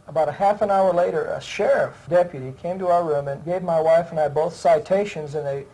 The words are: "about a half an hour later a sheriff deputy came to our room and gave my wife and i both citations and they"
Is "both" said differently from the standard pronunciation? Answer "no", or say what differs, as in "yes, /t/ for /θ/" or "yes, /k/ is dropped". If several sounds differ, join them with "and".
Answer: no